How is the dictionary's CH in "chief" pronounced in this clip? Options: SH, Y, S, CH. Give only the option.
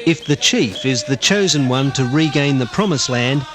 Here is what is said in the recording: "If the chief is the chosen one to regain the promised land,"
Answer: CH